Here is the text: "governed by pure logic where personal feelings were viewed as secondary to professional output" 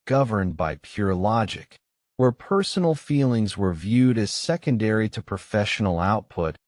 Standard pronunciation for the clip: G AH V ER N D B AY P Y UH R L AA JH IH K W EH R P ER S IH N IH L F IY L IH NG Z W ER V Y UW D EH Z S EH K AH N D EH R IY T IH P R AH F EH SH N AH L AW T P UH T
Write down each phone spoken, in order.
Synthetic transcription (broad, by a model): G AH V ER N B AY P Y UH R L AA JH IH K W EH R P ER S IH N L F IY L IH NG Z W ER V Y UW D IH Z S EH K AH N D EH R IY T IH P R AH F EH SH N L AW T P UH T